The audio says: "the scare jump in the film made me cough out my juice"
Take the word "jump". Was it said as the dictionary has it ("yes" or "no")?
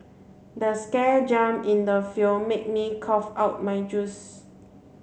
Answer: no